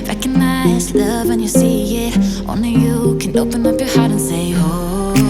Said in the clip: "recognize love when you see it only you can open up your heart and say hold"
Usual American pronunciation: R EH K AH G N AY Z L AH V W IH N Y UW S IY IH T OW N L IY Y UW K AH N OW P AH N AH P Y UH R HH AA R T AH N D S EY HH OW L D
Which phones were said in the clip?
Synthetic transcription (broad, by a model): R EH K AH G N AY Z L AH V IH N Y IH S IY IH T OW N IY Y UW K AH N OW P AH N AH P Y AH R HH AA R T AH N S EY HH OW